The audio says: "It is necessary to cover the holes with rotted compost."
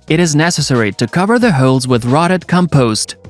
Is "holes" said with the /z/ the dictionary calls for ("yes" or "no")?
yes